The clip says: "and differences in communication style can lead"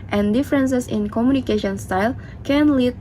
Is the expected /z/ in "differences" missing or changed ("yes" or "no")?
yes